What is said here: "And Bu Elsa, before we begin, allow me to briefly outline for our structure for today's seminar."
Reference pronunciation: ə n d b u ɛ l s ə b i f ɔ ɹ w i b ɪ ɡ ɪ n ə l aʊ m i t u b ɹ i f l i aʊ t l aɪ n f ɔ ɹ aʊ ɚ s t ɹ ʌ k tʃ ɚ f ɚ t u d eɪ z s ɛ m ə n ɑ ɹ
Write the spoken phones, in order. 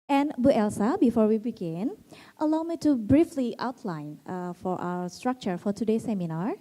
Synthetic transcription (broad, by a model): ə n b u ɛ l s ə b i f ɔ ɹ w i b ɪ ɡ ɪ n ə l aʊ m i t u b ɹ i f l i aʊ t l aɪ n f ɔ ɹ aʊ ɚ s t ɹ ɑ k tʃ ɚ f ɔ t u d eɪ s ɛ m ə n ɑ ɹ